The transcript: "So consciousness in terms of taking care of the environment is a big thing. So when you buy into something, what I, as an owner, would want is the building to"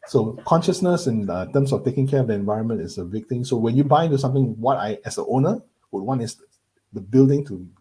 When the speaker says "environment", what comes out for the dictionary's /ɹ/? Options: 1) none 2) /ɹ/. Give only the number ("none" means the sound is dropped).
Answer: 2